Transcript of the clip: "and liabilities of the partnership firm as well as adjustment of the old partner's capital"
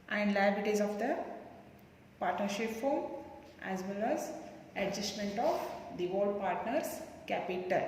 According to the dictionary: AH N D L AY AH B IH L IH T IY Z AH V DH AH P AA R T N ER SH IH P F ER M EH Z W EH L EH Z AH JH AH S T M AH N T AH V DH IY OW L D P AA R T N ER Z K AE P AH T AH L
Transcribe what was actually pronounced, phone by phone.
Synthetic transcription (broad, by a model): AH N D L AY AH IH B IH T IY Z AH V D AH P AA R T N ER SH IH P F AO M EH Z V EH L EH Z AH JH AH S T M AH N T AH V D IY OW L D P AA R T N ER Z K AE P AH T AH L